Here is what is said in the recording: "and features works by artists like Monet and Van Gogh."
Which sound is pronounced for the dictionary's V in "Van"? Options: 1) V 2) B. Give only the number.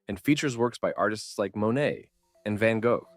1